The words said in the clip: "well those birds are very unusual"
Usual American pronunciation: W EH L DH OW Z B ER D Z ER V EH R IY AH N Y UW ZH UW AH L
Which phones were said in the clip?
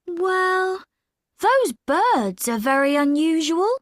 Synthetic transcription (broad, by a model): W EH L DH OW Z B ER D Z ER V EH R IY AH N Y UW ZH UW AH L